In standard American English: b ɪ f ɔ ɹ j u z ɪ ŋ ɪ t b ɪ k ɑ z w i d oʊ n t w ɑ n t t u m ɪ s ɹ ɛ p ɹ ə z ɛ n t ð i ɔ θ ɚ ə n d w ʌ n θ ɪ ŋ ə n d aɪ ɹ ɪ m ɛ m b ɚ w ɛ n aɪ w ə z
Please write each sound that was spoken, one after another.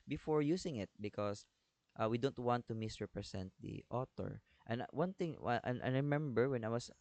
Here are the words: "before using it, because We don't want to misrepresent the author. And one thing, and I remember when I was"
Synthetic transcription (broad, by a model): b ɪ f ɔ ɹ j u s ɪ ŋ ɪ t b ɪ k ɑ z w i d oʊ n t w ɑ n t t u m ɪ s ɹ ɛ p ɹ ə s ɛ n t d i ɔ t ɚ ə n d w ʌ n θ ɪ ŋ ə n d ɹ ɪ m ɛ m b ɚ w ɛ n aɪ w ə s